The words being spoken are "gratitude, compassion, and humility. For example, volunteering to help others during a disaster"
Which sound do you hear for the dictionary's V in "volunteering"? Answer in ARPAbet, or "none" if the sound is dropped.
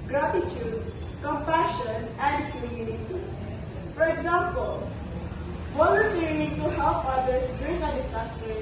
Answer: W